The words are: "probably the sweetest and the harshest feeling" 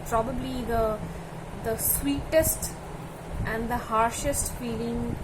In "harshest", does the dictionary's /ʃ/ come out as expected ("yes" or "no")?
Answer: yes